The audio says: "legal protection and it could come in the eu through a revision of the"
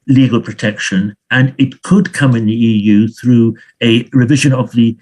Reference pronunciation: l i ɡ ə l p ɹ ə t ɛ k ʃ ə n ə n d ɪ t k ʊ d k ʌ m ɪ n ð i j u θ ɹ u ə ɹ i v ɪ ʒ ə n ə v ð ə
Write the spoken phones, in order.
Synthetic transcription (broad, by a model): l i ɡ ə l p ɹ ə t ɛ k ʃ ə n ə n ɪ t k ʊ d k ʌ m ɪ n ð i j u θ ɹ u ə ɹ i v ɪ ʒ ə n ə v ð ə